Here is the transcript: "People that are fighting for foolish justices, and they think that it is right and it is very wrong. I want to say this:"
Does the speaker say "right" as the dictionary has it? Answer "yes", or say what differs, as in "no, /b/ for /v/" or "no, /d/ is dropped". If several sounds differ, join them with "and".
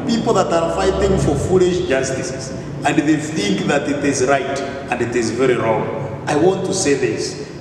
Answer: yes